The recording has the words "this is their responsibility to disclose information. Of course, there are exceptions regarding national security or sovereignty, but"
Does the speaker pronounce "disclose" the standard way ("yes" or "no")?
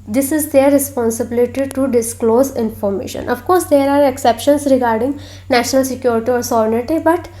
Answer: yes